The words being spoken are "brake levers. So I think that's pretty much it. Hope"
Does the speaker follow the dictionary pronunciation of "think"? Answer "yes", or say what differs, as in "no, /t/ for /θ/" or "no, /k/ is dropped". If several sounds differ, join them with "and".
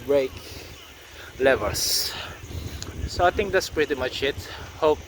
no, /t/ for /θ/